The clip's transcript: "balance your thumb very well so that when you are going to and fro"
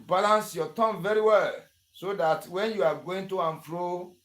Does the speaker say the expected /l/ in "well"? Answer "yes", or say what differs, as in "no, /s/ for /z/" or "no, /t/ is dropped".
yes